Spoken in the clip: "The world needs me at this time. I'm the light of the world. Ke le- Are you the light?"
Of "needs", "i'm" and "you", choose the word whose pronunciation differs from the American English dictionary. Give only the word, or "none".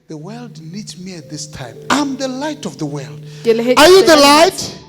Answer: needs